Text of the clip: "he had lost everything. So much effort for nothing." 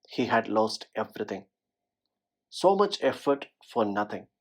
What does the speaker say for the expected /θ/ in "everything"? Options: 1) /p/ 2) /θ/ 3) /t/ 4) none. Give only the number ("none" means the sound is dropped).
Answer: 3